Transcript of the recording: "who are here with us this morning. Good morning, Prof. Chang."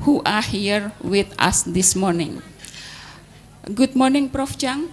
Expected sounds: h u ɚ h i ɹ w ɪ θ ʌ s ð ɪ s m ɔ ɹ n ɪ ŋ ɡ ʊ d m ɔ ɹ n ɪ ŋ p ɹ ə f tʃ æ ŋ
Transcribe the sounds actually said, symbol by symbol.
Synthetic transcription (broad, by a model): h u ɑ h i ɹ w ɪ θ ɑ s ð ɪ s m ɔ ɹ n ɪ ŋ ɡ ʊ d m ɔ ɹ n ɪ ŋ p ɹ ə f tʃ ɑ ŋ